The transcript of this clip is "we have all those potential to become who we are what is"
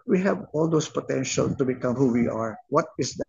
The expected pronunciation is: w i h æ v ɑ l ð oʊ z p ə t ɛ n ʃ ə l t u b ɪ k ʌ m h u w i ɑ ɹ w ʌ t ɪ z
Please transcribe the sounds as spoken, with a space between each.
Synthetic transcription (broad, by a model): w i h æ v ɑ l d oʊ s p ə t ɛ n ʃ ə l t u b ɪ k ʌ m h u w i ɑ ɹ w ʌ t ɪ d